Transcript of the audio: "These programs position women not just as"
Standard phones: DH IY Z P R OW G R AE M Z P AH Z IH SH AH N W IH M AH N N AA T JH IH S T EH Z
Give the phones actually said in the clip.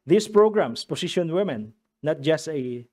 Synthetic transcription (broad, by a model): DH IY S P R OW G R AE M S P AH S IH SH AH N W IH M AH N N AA T JH IH S T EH